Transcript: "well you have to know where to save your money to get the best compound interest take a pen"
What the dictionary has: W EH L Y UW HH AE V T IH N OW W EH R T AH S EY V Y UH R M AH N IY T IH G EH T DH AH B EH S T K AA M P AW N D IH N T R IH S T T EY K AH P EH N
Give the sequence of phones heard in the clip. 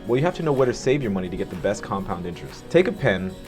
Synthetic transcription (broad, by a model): W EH L Y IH HH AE F T IH N OW W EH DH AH S EY V Y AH R M AH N IY T IH G EH T DH AH B EH S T K AA M P AW N D IH N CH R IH S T T EY K AH P EH N